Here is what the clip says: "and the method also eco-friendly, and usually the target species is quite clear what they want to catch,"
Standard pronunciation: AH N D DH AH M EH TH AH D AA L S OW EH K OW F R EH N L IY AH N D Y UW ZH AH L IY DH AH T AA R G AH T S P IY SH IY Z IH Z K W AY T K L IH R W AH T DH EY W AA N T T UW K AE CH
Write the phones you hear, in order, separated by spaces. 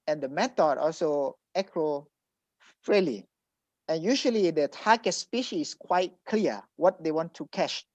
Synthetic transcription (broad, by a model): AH N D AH M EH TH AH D AA L S OW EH K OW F R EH L IY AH N Y UW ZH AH L IY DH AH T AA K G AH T S P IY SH IY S K W AY T K L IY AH W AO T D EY W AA N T T UW K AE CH